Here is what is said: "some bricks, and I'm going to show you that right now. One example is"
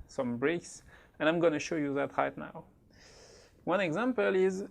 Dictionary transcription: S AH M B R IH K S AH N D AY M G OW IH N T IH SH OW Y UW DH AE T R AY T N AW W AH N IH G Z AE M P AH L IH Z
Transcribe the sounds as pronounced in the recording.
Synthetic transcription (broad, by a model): S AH M B R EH K S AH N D AY M G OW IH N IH SH OW Y UW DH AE T R AY T N AW W AH N IH G Z AE M P AH L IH Z